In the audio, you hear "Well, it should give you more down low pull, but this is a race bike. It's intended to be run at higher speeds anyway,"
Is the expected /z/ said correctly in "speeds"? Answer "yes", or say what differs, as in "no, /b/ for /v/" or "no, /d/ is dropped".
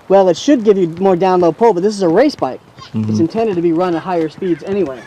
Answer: yes